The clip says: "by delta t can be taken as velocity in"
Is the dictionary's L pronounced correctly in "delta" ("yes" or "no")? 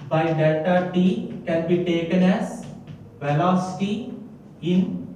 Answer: no